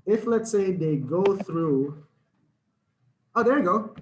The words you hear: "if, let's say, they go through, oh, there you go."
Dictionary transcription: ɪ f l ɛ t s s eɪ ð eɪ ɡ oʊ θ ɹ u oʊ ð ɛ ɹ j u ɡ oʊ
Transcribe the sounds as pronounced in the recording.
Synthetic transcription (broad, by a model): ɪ f l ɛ t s s eɪ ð eɪ ɡ oʊ θ ɹ u oʊ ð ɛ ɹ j ɡ oʊ